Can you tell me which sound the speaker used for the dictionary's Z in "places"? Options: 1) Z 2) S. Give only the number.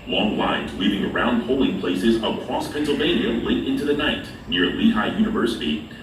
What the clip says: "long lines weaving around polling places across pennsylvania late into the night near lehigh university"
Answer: 1